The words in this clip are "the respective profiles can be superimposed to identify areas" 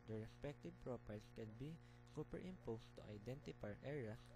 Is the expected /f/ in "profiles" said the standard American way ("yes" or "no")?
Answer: no